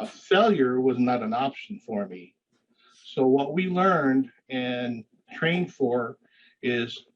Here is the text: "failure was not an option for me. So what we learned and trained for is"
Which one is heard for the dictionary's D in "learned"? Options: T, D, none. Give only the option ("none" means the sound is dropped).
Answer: D